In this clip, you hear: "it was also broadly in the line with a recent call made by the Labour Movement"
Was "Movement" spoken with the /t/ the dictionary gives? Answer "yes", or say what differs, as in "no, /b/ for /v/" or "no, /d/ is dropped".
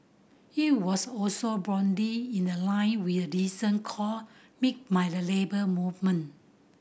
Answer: no, /t/ is dropped